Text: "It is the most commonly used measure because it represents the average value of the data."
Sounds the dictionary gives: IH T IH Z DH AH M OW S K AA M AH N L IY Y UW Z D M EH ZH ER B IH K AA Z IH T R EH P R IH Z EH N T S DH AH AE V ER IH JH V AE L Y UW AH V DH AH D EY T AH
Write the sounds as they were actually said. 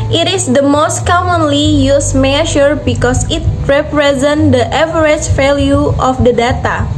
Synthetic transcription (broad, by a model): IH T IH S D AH M OW S K AA M AH N L IY Y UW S M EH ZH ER B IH K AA S IH T R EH P R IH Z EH N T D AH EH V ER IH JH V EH L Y UW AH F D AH D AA T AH